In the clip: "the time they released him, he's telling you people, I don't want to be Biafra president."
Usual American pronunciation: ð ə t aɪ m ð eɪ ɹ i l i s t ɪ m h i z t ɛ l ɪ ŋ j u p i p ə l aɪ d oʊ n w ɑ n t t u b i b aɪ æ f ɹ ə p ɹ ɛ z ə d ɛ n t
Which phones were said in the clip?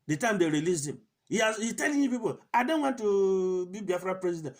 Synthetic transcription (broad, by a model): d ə t aɪ m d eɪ ɹ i l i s ɪ m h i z t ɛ l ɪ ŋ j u p i p ə l aɪ d oʊ n w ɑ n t t u b i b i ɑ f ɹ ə p ɹ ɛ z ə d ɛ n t